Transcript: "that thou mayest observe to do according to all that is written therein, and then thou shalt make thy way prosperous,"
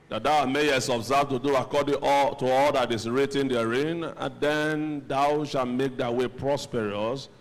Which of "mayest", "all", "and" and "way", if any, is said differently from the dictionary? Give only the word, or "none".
mayest